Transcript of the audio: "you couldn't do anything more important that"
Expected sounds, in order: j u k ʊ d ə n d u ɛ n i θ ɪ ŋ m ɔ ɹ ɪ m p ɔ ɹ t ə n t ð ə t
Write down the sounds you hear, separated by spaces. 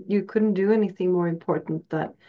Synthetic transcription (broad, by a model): j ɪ k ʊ d n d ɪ ɛ n i θ ɪ ŋ m ɔ ɹ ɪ m p ɔ ɹ t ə n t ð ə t